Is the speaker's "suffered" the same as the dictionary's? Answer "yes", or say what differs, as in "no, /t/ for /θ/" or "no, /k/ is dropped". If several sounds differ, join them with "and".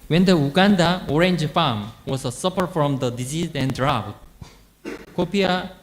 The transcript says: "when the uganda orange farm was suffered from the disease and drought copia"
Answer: no, /p/ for /f/